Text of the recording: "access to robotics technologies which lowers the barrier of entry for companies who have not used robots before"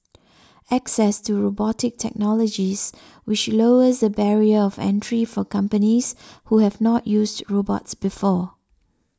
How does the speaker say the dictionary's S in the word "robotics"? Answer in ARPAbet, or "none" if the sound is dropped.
none